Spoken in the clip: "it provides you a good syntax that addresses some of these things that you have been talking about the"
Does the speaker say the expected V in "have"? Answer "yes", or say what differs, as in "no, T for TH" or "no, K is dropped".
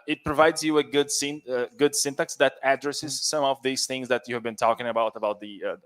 yes